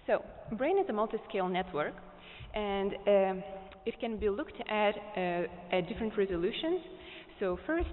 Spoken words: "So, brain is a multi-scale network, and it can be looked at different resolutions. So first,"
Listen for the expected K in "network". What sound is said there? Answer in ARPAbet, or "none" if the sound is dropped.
K